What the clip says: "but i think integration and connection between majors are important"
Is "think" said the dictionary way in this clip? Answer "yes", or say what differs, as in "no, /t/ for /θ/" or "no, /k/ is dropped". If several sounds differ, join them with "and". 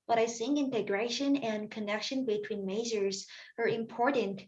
no, /s/ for /θ/ and /k/ is dropped